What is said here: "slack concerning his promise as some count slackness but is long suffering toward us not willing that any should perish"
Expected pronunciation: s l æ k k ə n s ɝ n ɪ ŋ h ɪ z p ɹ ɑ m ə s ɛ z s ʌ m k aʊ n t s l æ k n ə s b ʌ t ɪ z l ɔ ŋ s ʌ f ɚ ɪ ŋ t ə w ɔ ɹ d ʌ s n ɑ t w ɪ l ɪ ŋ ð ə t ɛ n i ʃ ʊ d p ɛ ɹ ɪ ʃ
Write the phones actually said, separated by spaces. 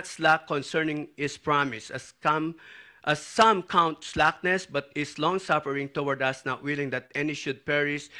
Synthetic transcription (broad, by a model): s l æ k k ə n s ɝ n ɪ ŋ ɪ s p ɹ ɑ m ə s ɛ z s ʌ m k aʊ n t s l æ k n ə s b ʌ t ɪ s l ɔ ŋ s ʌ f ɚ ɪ ŋ t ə w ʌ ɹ d ʌ s n ɑ t w ɪ l ɪ ŋ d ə t ɛ n i ʃ ʊ d p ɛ ɹ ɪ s